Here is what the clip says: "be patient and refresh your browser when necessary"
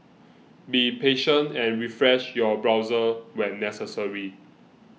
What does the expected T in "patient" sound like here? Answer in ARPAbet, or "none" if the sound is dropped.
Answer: T